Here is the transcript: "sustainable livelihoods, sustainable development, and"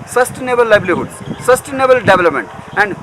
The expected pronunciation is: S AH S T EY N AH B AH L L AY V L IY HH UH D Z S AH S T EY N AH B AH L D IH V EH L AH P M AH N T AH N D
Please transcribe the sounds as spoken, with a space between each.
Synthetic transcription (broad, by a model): S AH S T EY N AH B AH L L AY B L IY HH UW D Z S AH S T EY N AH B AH L D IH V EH L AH P M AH N T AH N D